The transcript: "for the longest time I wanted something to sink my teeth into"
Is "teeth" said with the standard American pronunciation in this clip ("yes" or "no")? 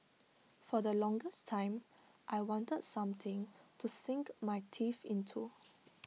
no